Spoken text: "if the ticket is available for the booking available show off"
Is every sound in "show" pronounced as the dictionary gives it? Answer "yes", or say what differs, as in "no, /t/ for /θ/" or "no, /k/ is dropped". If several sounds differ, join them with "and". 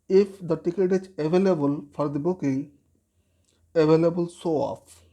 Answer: no, /s/ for /ʃ/